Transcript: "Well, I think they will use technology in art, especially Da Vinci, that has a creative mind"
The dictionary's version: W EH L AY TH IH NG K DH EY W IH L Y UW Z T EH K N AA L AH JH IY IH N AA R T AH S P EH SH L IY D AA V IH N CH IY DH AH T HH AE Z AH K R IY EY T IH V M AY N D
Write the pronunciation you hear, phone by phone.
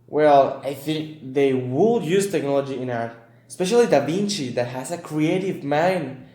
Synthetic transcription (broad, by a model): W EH L AY TH IH NG K DH EY W IH L Y UW Z T EH K N AA L AH JH IY IH N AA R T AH S P EH SH L IY D AA B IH N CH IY DH AH T HH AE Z AH K R IY EY T IH V M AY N